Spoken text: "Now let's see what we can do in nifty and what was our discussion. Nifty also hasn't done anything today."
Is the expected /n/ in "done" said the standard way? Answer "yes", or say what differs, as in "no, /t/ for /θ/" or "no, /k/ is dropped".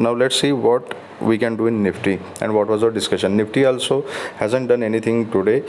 yes